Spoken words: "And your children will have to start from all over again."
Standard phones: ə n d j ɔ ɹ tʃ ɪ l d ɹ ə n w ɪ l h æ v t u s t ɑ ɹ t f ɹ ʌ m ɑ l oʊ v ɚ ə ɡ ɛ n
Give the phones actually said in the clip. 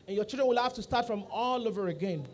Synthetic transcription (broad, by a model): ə n j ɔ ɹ tʃ ɪ l d ɹ ə n w ɪ l h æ f t u s t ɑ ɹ t f ɹ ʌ m ɑ l oʊ v ɚ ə ɡ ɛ n